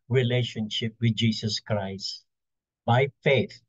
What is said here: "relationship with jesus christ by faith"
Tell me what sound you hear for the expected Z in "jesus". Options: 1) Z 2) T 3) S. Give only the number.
3